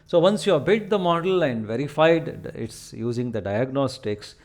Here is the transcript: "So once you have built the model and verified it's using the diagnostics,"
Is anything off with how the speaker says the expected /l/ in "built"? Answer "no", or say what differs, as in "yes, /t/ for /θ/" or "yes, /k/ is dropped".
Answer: yes, /l/ is dropped